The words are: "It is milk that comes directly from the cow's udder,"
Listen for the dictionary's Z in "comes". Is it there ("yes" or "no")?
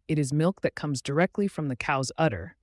yes